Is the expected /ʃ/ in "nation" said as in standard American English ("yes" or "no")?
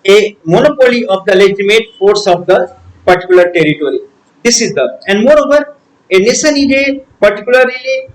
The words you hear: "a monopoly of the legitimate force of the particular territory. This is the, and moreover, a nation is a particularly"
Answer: no